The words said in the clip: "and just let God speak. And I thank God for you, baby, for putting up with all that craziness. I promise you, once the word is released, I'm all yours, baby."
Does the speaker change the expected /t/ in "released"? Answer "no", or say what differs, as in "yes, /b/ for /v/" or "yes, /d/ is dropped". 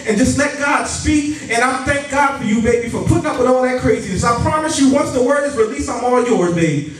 yes, /t/ is dropped